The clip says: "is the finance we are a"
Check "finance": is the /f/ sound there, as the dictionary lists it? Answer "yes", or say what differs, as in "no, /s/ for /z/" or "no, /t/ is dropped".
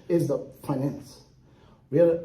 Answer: no, /p/ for /f/